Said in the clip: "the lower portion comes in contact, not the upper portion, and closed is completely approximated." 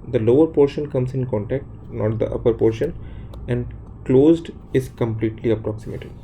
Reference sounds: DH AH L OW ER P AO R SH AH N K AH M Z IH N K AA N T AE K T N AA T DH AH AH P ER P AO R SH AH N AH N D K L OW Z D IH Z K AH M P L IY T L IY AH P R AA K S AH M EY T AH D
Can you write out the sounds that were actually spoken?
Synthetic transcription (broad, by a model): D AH L OW ER P AO R SH AH N K AH M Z IH N K AA N T AE K T N AA T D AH AH P ER P AO R SH AH N AH N D K L OW Z D IH Z K AH M P L IY T L IY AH P R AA K S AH M EY T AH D